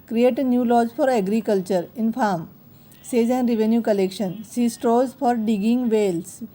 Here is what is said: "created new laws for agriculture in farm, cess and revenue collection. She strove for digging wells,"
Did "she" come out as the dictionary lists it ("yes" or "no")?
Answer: no